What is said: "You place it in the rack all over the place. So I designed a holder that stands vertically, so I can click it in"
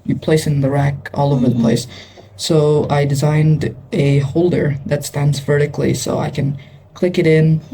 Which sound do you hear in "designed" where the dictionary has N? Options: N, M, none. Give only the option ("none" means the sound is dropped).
N